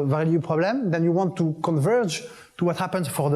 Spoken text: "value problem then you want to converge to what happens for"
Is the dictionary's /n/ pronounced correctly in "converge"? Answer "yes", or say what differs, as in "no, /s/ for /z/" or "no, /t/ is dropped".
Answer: yes